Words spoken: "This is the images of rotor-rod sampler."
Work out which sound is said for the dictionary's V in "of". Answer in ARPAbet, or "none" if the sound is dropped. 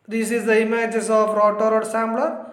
P